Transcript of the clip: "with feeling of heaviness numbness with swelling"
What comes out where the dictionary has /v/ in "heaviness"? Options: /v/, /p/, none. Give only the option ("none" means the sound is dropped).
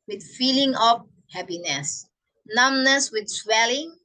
/p/